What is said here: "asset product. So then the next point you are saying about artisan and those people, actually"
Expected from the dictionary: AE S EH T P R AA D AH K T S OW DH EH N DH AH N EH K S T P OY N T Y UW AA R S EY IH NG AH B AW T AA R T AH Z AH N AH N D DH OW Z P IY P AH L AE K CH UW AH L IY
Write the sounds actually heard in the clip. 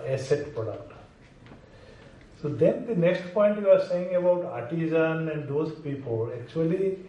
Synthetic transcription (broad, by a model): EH S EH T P AA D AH T S OW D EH N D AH N EH K S T P OY N T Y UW AA R S EY IH NG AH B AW T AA R T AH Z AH N AH N D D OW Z P IY P AH L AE K CH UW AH L IY